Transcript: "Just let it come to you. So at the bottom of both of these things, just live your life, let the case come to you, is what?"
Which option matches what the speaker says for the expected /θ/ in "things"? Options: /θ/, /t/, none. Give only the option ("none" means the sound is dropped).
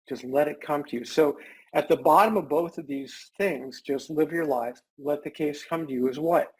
/θ/